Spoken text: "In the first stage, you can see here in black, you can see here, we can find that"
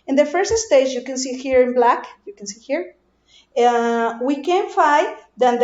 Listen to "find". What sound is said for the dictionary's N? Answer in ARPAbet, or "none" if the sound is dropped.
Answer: none